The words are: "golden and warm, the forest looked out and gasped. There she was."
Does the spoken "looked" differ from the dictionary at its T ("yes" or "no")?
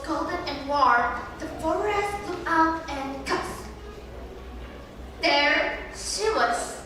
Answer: yes